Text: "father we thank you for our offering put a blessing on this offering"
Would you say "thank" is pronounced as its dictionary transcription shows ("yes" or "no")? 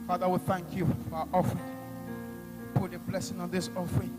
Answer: yes